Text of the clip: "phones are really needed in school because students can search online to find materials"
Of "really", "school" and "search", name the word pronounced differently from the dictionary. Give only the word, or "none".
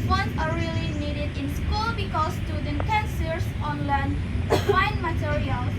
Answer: search